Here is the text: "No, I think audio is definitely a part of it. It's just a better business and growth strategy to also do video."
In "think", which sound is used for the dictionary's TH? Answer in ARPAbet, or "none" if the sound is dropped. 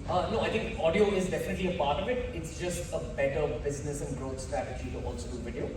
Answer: T